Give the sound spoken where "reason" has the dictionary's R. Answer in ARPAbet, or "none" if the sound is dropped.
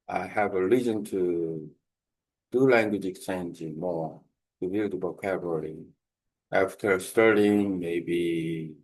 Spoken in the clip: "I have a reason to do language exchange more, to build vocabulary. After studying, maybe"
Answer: L